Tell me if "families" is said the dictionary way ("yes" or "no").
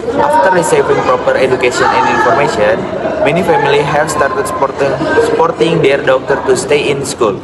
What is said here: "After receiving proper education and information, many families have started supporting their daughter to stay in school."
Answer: no